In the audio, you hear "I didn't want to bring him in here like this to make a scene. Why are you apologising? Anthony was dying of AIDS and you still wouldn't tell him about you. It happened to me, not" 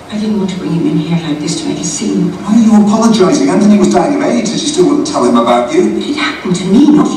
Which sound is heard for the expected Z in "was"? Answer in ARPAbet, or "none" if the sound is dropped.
Z